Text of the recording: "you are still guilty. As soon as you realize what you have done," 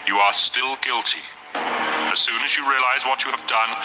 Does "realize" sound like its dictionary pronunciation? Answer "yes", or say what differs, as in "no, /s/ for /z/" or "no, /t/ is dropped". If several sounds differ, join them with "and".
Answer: yes